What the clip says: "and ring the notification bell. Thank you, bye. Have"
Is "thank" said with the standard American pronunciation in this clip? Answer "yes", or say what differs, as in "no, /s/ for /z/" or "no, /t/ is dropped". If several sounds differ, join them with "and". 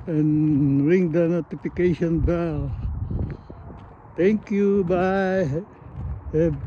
no, /t/ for /θ/